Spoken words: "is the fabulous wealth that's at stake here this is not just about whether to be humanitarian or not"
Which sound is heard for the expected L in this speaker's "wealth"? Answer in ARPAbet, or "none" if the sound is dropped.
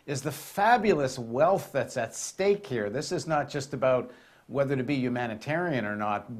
L